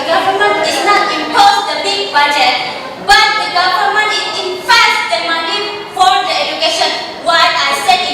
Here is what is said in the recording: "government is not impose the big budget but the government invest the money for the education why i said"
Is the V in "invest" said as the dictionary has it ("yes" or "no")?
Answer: no